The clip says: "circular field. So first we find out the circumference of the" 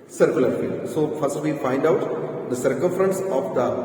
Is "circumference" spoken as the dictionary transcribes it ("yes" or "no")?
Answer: yes